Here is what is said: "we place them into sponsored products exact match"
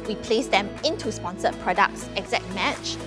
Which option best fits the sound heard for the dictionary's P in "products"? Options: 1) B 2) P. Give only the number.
2